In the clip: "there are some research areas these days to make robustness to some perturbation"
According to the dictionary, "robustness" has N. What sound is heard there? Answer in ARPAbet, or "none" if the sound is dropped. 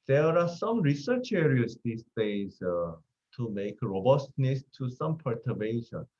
N